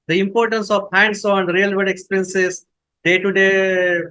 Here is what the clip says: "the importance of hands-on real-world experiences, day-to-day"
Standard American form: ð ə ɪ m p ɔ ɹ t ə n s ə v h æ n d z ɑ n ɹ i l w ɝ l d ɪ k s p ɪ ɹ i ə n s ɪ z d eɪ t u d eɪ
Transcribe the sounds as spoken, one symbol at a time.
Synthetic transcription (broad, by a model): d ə ɪ m p ɔ ɹ t ə n s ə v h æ n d s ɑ n ɹ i l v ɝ d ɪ k s p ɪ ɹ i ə n s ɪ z d eɪ t u d eɪ